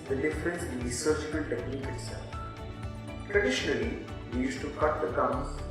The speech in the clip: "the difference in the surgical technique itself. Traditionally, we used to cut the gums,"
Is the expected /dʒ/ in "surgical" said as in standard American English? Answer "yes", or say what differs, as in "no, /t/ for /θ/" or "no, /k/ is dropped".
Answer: no, /tʃ/ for /dʒ/